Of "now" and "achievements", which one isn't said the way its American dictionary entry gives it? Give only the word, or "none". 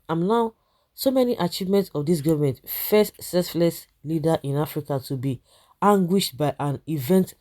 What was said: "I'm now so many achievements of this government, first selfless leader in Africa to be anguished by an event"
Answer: none